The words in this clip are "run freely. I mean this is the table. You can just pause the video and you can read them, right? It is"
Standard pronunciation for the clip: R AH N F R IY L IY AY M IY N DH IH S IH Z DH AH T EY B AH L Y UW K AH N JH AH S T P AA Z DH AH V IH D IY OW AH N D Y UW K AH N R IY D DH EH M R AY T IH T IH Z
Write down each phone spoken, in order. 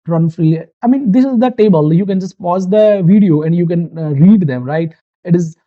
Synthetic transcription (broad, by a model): R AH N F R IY IY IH M IY N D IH S IH Z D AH T EY B AH L Y UW K AH N JH AH S T P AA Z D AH V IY D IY OW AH N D Y UW K AH N R IY D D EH M R AY T IH T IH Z